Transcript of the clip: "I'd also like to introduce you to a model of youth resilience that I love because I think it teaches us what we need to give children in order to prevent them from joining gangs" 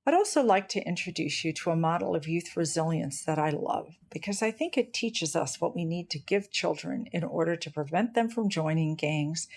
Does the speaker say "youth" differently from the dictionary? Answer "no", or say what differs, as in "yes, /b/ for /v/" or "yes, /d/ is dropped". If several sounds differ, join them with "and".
no